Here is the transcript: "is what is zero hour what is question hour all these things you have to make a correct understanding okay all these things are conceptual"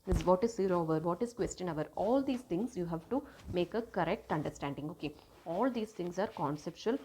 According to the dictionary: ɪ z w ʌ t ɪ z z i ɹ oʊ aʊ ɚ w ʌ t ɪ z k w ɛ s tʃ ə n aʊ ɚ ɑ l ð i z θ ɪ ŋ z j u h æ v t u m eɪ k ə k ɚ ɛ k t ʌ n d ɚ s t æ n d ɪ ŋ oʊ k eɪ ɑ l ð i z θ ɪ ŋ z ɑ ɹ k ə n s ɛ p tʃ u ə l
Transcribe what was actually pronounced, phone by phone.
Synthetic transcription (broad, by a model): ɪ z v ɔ t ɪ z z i ɹ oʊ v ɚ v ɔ t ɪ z k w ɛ s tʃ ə n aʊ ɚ ɑ l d i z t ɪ ŋ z j u h æ v t u m eɪ k ə k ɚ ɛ k t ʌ n d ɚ s t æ n d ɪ ŋ oʊ k eɪ ɑ l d i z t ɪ ŋ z ɑ ɹ k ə n s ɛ p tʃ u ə l